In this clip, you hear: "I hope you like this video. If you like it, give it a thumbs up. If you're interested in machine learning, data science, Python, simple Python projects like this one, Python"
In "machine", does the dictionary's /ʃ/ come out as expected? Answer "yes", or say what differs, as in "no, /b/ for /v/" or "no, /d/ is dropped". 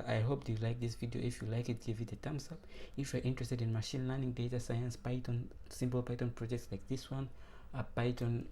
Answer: yes